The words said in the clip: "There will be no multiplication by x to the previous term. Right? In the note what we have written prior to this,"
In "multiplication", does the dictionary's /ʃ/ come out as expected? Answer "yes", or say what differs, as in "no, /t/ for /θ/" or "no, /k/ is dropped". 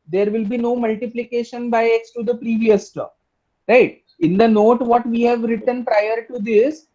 yes